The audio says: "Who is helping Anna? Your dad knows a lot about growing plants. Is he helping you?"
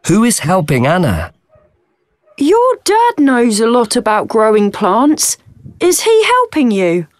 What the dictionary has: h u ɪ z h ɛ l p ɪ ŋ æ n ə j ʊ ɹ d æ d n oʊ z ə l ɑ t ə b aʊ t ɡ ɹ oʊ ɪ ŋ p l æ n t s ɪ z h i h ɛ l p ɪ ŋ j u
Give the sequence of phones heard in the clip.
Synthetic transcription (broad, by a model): h u ɪ z h ɛ l p ɪ ŋ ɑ n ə j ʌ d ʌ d n oʊ z ə l ɑ t ə b aʊ t ɡ ɹ oʊ ɪ ŋ p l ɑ n t s ɪ z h i h ɛ l p ɪ ŋ j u